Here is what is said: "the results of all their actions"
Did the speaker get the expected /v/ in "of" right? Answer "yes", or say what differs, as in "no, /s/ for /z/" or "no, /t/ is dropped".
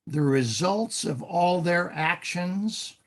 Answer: yes